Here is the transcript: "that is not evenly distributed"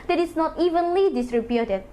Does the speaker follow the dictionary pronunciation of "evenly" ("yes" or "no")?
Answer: yes